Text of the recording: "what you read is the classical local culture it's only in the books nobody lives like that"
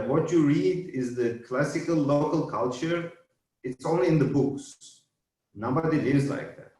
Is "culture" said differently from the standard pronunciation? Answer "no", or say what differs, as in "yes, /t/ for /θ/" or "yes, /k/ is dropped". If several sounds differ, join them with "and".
no